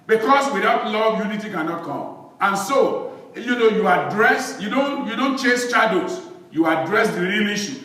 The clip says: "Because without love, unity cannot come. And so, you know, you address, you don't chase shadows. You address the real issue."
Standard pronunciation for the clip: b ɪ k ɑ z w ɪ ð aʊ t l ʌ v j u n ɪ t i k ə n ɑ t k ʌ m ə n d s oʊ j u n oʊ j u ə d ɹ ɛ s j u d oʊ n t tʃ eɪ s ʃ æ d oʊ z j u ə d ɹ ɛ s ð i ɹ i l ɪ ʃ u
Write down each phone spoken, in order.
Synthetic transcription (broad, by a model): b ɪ k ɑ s w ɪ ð aʊ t l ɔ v j u n ɪ t i k ə n ɑ t k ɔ m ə n s oʊ j u n oʊ j u ə d ɹ ɛ s j u d oʊ n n tʃ eɪ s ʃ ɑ d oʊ s j u ə d ɹ ɛ s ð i ɹ i l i ʃ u